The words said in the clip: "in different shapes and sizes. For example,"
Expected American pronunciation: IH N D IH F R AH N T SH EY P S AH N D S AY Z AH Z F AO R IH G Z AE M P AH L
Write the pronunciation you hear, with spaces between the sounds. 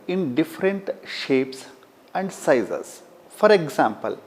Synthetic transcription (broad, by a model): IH N D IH F R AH N T SH EY P S AH N D S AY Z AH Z F AO R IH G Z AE M P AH L